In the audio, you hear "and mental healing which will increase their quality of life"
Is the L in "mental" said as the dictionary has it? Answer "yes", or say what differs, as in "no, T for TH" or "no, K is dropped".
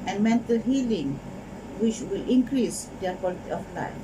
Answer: yes